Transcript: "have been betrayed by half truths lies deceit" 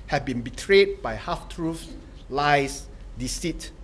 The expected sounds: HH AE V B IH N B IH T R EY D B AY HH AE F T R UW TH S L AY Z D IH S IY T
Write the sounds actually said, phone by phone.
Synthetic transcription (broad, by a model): HH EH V B IH N B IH T R EY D B AY HH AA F T R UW F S L AY S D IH S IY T